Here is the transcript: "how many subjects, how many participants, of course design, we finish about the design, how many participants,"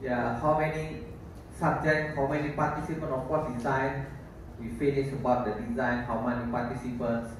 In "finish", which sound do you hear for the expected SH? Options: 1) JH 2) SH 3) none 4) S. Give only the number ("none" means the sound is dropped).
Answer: 4